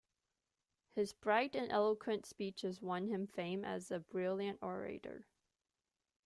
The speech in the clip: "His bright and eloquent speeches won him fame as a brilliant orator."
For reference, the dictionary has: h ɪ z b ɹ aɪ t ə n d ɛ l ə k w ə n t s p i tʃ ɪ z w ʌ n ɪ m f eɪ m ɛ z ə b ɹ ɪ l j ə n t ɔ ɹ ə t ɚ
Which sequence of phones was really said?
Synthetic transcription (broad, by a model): h ɪ z b ɹ aɪ t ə n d ɛ l ə k w ə n t s p i tʃ ɪ z w ʌ n ɪ m f eɪ m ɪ z ə b ɹ ɪ l j ə n t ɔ ɹ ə t ɚ